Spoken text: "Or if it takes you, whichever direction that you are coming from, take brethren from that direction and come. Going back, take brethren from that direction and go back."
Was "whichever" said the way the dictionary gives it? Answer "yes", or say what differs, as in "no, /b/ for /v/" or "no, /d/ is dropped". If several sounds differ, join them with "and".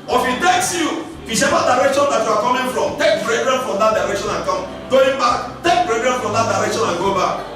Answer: no, /s/ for /tʃ/